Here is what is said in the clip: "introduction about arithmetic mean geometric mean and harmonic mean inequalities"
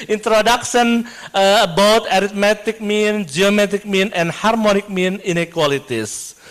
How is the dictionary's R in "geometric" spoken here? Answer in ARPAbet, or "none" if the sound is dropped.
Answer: none